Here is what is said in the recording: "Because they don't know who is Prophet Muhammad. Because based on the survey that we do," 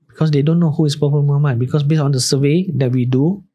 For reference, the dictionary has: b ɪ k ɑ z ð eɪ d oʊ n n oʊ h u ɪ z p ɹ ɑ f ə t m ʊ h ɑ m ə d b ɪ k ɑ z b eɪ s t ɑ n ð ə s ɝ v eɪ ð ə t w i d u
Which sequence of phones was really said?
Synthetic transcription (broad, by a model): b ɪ k ɑ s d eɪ d oʊ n n oʊ h u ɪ s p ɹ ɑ p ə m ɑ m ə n b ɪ k ɑ s b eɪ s ɑ n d ə s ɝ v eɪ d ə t w i d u